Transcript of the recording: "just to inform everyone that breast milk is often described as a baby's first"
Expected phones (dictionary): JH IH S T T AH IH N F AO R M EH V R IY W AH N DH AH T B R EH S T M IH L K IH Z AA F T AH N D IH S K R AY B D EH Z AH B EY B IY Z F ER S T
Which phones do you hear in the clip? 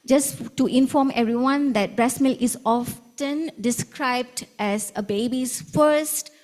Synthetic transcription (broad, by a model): JH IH S T T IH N F AO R M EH V R IY W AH N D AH T B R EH S M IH L IH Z AA F T AH N D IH S K R AY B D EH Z AH B EY B IY S F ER S T